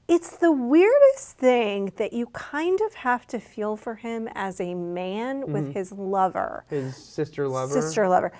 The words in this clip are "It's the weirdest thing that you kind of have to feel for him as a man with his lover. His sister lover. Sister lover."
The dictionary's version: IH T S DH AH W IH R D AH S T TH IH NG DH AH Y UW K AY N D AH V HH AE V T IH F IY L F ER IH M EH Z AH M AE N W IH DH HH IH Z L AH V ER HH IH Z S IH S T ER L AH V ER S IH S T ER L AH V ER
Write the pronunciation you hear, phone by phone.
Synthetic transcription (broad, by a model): IH T S DH AH W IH R D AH S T TH IH NG DH AH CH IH K AY N D AH V HH AE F T IH F IY L F ER IH M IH Z AH M AE N W IH DH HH IH Z L AH V ER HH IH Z S IH S T ER L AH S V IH S T ER L AH V ER